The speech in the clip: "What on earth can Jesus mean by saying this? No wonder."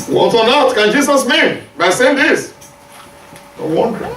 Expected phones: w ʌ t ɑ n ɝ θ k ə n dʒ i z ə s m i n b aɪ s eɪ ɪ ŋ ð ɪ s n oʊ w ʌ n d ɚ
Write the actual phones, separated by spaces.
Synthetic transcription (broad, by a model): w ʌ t ɑ n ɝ t k ə n dʒ i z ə s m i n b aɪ s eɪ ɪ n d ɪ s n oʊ w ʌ n d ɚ